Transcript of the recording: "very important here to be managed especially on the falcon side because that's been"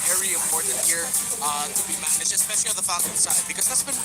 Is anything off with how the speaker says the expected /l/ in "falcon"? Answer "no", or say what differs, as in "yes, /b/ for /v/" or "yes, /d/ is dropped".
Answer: yes, /l/ is dropped